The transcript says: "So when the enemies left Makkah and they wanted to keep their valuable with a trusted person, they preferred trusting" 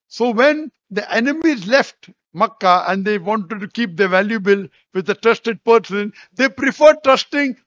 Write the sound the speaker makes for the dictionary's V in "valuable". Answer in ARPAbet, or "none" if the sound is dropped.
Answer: V